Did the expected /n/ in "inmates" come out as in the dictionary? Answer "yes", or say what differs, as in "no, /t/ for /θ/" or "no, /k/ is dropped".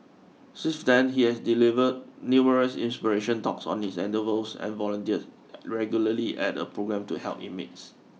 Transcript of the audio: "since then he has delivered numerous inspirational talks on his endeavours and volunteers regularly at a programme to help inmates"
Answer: no, /n/ is dropped